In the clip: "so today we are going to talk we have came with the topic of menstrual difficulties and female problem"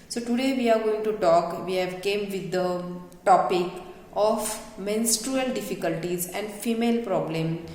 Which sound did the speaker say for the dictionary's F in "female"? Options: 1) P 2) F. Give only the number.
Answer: 2